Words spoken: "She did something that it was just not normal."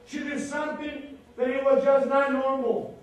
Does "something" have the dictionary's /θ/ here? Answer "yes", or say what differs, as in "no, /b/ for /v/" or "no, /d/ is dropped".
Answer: no, /t/ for /θ/